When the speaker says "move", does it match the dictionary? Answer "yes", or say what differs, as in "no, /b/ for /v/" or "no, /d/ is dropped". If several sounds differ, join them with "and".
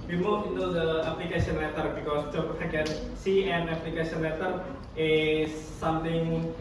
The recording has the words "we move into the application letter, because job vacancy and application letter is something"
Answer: no, /v/ is dropped